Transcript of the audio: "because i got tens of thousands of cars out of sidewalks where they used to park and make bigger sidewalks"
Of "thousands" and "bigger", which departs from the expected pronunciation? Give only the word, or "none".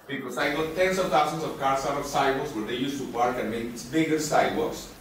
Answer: thousands